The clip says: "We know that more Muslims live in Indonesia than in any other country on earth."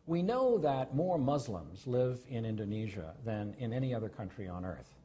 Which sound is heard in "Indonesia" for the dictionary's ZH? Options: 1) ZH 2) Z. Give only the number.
1